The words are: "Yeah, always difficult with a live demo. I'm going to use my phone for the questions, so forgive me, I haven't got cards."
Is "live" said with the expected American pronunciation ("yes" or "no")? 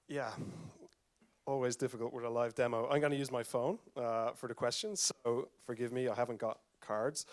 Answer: yes